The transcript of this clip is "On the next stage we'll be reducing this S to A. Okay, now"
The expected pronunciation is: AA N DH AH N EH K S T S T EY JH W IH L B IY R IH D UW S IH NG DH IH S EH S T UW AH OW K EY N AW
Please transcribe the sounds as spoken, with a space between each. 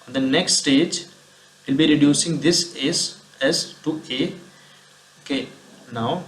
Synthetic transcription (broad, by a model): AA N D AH N EH K S T S T EY JH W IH L B IY R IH D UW S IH NG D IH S EH S T UW AH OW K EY N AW